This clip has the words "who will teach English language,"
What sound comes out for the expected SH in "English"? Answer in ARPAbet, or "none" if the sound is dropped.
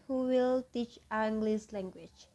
S